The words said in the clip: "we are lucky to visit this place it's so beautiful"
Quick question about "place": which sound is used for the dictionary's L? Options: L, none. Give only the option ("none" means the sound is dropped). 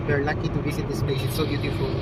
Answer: none